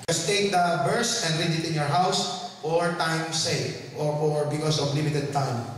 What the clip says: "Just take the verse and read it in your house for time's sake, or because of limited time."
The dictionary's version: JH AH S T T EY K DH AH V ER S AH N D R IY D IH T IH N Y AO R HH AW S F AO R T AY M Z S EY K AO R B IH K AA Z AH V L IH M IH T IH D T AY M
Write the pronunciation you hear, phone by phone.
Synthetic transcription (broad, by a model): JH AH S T T EY K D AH B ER S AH N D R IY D IH T IH N Y AO R HH AW S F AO R T AY M S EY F AO R B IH K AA S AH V L IH M IH T IH D T AY M